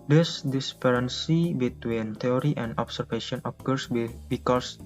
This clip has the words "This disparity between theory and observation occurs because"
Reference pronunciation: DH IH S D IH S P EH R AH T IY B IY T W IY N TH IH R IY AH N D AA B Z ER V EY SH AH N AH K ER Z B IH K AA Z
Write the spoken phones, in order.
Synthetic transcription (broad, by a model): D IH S D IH S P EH R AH S IY B IY T W IY N T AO R IY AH N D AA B S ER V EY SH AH N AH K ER S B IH K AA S